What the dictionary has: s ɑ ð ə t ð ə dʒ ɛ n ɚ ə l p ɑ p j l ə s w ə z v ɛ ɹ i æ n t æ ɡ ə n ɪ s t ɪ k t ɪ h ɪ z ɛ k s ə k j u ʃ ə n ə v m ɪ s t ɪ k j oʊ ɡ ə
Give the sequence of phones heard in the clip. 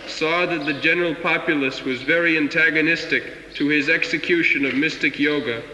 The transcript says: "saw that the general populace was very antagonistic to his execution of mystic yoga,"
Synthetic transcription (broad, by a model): s ɑ ð ə t ð ə dʒ ɛ n ɚ l p ɑ p j l ə s w ə z v ɛ ɹ i æ n t æ ɡ ə n ɪ s t ɪ k t ɪ ɪ z ɛ k s ə k j u ʃ ə n ə v m ɪ s t ɪ k j oʊ ɡ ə